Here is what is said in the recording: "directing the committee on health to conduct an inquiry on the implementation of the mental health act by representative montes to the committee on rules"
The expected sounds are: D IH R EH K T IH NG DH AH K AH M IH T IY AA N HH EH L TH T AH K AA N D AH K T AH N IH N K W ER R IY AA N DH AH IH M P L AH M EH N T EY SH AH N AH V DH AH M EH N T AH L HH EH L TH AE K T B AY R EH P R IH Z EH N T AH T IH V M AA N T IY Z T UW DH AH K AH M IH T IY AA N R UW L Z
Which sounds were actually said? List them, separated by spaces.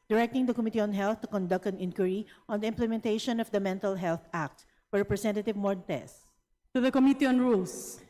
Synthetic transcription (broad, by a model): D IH R EH K T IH NG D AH K AH M IH T IY AA N HH EH L TH T AH K AA N D AH K T AH N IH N K W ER R IY AA N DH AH IH M P L AH M EH N T EY SH AH N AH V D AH M EH N T AH L HH EH L TH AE K T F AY R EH P R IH S EH N T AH T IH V M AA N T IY S T UW DH AH K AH M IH T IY AA N R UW L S